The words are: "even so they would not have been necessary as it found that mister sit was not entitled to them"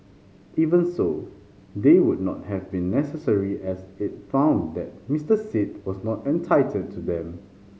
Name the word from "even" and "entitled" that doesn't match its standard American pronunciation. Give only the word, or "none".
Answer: entitled